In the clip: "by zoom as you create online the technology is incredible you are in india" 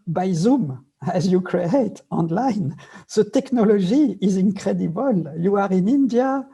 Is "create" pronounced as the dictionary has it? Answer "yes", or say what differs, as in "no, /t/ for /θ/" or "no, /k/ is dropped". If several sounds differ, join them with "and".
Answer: yes